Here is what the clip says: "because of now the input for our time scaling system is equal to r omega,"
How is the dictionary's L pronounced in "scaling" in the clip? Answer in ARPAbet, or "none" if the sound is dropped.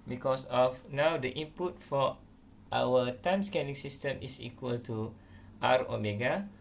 N